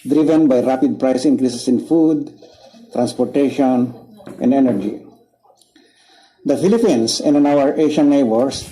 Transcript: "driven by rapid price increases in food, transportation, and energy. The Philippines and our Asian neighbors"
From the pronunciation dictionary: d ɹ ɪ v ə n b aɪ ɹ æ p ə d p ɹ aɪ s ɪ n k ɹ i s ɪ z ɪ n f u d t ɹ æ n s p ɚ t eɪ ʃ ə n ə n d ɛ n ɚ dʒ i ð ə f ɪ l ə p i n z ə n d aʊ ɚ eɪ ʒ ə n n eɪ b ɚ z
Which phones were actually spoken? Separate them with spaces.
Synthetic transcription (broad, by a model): d ɹ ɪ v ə n b aɪ ɹ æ p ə d p ɹ aɪ s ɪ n k ɹ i s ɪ s ɪ n f u d t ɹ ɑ n s p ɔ t eɪ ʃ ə n ə n d ɛ n ɚ dʒ i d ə f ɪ l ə p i n s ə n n aʊ ɚ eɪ ʃ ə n n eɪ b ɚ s